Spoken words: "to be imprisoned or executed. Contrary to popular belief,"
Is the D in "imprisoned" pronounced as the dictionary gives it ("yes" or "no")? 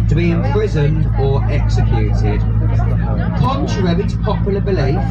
yes